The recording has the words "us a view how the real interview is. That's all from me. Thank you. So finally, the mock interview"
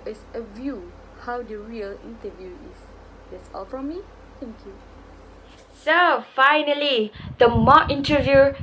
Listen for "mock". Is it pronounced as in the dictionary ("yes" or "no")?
no